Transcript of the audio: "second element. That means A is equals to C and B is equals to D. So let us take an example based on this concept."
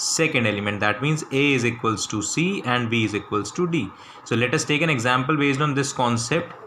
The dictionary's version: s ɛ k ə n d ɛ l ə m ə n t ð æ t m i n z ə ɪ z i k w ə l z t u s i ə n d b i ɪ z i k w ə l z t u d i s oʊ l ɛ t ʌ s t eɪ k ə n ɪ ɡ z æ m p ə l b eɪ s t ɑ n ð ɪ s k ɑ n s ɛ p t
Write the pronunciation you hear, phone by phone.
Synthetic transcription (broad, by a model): s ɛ k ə n d ɛ l ə m ə n t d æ t m i n z ə ɪ z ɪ k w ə l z t u s i ə n d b i ɪ z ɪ k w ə l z t u d i s oʊ l ɛ t ʌ s t eɪ k ə n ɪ ɡ z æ m p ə l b eɪ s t ɑ n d ɪ s k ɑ n s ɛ p t